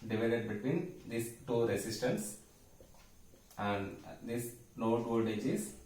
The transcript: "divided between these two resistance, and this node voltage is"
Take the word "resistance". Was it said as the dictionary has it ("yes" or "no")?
no